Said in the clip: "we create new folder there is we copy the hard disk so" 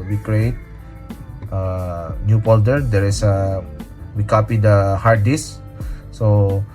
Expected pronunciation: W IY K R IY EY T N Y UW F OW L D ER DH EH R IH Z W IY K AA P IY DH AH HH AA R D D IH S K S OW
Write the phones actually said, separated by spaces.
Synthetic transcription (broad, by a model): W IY K R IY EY T N Y UW P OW L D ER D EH R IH S W IY K AA P IY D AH HH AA R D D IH S S OW